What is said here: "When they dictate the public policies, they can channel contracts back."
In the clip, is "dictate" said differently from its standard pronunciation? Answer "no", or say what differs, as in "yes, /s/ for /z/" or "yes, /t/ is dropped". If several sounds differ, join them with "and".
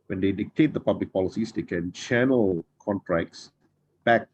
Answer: no